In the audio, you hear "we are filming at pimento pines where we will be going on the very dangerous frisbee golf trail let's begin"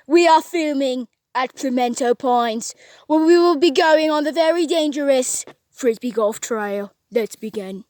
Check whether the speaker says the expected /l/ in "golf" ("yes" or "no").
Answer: yes